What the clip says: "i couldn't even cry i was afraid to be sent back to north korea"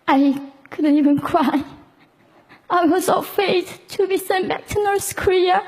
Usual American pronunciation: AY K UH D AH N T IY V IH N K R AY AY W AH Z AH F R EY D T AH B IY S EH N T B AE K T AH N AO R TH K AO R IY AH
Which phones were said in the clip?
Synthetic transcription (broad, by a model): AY K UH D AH N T IY V IH N K R AY AY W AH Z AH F EY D T AH B IY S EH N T B AE K T AH N AO R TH K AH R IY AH